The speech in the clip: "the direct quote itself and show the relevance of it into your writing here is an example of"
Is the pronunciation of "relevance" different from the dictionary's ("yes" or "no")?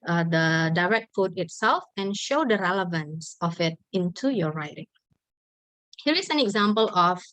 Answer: no